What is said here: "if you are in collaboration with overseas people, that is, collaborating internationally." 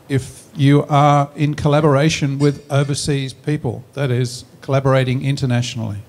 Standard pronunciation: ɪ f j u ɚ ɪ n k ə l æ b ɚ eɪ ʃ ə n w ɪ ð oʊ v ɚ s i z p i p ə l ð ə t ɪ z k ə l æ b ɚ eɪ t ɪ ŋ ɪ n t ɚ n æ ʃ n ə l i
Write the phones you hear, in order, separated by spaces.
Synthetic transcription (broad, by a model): ɪ f j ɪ ɚ ɪ n k ə l æ b ɚ eɪ ʃ ə n w ɪ ð oʊ v ɚ s i z p i p ə l ð ə t ɪ z k ə l æ b ɚ eɪ t ɪ ŋ ɪ n t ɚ n æ ʃ n l i